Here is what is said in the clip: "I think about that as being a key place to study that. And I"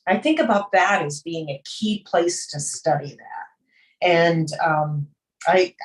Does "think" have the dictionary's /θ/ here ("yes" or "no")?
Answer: yes